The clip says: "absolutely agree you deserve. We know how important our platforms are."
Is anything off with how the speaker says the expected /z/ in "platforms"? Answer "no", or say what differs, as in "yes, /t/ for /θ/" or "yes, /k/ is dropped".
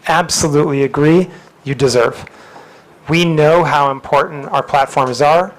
no